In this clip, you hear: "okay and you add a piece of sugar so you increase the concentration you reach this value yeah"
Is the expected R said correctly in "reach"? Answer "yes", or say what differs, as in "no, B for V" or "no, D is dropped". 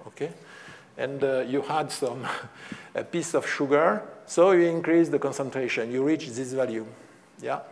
yes